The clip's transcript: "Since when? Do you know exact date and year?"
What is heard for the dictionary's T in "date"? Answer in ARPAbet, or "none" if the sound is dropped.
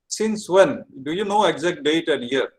T